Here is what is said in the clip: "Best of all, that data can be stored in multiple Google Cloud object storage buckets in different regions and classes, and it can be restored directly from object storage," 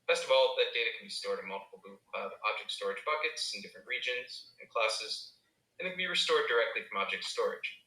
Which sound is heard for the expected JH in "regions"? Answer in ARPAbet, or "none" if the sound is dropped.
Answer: JH